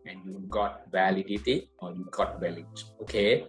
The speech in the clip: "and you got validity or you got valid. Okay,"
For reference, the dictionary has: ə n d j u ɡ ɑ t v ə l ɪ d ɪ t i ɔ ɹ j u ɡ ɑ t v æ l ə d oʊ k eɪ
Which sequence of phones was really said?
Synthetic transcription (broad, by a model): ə n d j u ɡ ɑ t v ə l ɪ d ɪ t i ɔ ɹ j u ɡ ɑ t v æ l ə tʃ oʊ k eɪ